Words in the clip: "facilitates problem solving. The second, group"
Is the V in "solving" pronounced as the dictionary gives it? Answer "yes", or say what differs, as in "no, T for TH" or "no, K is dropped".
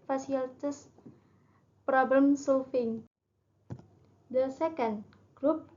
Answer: no, F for V